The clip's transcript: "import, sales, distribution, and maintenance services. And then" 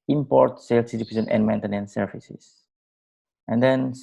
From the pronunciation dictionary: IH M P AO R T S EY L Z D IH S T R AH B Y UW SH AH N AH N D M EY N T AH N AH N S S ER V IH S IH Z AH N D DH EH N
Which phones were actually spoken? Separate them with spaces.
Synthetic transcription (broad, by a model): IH M P AO R T S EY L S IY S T AH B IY S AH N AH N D M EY N T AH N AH N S S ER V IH S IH S AH N D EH N